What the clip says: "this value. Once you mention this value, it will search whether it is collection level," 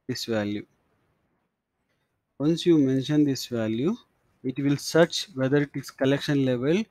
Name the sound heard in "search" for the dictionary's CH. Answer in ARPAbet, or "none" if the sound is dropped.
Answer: CH